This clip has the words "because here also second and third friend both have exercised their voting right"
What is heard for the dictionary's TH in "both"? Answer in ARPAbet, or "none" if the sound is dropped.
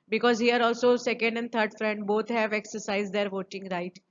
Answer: T